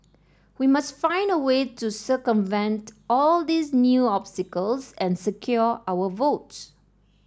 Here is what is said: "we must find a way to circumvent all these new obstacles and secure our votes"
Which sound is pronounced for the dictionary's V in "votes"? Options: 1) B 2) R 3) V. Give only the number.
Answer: 3